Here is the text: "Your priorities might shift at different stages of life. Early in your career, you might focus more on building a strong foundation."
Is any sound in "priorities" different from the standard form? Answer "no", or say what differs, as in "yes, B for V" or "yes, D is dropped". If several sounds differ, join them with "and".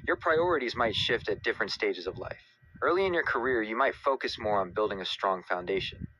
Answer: no